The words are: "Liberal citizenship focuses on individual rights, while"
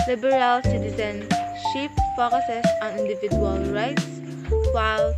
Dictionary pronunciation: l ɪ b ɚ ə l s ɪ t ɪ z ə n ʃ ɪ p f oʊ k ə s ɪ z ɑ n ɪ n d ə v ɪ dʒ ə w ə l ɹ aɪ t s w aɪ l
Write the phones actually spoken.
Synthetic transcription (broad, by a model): l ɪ b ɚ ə l s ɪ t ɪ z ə n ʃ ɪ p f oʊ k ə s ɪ s ɑ n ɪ n d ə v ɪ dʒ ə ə l ɹ aɪ t s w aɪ l